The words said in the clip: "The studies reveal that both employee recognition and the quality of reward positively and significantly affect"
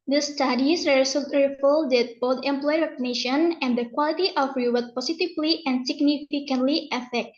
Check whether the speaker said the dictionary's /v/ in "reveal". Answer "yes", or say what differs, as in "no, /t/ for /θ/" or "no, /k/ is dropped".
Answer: no, /f/ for /v/